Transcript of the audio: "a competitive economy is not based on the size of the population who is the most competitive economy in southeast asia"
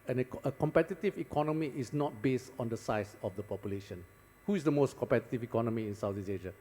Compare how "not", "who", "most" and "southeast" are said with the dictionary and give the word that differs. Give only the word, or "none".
southeast